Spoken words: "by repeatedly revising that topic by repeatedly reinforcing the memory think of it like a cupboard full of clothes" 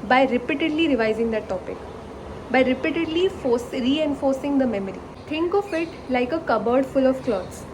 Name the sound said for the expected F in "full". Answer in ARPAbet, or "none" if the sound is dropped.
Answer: F